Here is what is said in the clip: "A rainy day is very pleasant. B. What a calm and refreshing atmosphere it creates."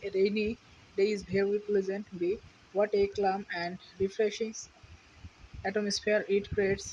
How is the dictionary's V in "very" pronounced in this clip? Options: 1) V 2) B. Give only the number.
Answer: 2